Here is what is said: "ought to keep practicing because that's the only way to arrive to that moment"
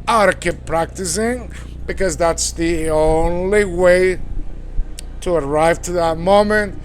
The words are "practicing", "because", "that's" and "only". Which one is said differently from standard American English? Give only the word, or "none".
none